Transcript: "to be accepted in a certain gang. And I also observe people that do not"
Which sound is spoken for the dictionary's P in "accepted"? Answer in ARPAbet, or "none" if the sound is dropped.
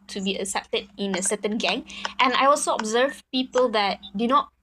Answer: P